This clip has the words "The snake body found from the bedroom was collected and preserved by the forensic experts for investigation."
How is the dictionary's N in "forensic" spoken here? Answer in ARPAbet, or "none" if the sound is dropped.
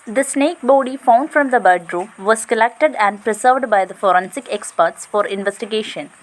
N